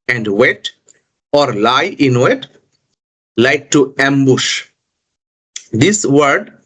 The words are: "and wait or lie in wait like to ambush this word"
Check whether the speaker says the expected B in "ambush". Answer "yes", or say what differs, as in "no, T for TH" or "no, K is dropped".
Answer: yes